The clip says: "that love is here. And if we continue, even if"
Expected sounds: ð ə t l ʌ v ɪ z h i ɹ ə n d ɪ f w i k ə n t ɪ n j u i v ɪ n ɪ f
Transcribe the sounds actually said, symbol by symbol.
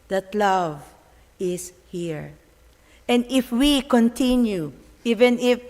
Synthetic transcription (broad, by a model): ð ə t l ʌ v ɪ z h i ɹ ə n d ɪ f w i k ə n t ɪ n j u i v ɪ n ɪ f